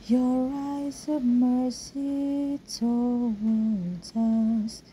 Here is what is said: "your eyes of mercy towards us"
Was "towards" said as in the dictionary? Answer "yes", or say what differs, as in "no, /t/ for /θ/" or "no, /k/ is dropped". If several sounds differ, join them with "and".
no, /l/ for /ɹ/ and /z/ is dropped